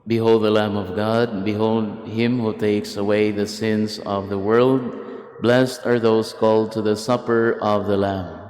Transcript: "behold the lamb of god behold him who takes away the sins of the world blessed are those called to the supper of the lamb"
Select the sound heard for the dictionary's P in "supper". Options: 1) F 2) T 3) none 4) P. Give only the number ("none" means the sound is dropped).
4